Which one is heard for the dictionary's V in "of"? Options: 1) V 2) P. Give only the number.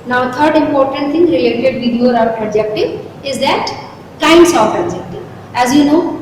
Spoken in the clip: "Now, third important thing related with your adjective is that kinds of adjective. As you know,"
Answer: 2